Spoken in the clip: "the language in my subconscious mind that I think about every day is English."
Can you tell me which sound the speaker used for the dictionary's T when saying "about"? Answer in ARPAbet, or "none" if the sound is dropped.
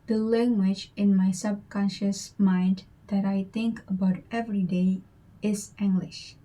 T